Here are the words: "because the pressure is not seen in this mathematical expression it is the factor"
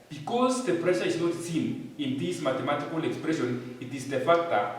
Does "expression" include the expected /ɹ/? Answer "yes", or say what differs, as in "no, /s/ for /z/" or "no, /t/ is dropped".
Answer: yes